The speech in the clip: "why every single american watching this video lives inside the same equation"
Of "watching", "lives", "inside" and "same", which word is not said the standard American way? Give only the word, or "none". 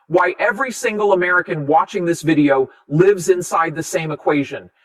none